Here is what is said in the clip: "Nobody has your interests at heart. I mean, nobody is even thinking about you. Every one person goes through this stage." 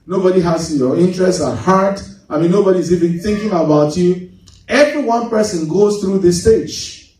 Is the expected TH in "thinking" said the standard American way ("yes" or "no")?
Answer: yes